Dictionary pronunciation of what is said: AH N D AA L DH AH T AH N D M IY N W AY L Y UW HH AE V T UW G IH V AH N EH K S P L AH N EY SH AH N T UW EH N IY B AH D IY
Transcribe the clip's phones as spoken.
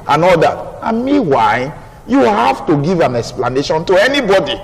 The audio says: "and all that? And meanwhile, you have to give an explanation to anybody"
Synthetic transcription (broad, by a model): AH N AA L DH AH T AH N M IY W AY Y UW HH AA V T UW G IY V AH N EH K S P L AH N EY SH AH N T UW EH N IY B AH D IY